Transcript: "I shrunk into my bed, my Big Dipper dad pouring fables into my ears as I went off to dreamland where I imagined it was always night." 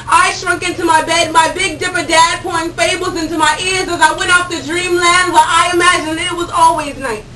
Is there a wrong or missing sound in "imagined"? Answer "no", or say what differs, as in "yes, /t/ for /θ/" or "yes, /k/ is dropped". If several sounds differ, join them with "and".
yes, /d/ is dropped